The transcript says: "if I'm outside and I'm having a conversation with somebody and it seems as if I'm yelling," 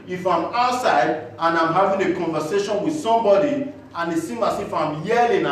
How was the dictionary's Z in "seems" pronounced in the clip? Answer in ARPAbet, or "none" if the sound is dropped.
none